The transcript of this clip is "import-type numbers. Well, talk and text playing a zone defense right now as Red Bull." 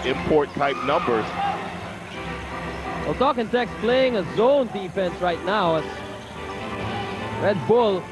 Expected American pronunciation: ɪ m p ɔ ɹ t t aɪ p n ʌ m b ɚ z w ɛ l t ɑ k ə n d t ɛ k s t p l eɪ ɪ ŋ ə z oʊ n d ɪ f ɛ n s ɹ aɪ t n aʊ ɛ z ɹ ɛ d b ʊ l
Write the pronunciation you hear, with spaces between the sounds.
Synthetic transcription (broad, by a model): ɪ m p ɔ ɹ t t aɪ p n ʌ m b ɚ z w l t ɑ k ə n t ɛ k s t p l eɪ ɪ ŋ ə z oʊ n d ɪ f ɛ n s ɹ aɪ t n aʊ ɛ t ɹ ɛ d b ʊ l